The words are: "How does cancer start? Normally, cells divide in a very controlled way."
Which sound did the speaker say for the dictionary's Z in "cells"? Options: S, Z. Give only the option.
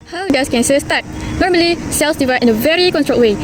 S